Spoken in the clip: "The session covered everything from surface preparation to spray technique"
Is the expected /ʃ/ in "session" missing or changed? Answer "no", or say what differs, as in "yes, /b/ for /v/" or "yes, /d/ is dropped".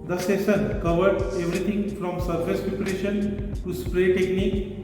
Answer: yes, /s/ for /ʃ/